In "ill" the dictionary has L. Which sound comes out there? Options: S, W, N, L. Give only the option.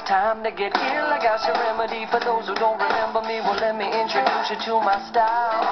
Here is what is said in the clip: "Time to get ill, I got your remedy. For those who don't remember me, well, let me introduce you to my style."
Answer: L